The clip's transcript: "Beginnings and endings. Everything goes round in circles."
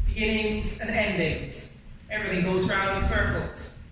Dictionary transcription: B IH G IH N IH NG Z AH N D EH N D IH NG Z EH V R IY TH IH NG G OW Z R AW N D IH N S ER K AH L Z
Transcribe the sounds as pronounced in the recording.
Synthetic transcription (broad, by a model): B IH G IH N IH NG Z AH N EH N D IH NG Z EH V R IY TH IH NG G OW Z R AW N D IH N S ER K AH L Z